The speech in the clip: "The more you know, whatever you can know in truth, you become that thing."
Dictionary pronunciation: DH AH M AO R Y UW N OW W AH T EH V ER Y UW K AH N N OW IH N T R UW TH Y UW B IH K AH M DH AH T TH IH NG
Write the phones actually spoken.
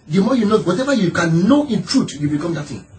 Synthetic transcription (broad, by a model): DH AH M AO Y UW N OW W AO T EH V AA Y UW K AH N N OW IH N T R UW T Y UW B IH K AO M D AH T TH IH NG